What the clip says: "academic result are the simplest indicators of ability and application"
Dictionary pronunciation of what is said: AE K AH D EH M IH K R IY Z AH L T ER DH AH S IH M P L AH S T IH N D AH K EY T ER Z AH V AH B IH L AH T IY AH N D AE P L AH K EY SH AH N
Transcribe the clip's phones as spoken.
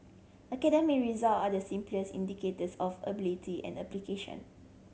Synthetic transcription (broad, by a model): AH K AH D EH M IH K R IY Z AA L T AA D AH S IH M P L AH S IY N D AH K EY T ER S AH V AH B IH L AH T IY AH N D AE P L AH K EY SH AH N